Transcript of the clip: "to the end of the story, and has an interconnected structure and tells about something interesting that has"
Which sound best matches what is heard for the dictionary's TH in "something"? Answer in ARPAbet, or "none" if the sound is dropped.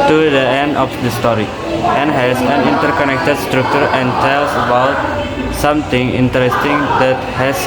T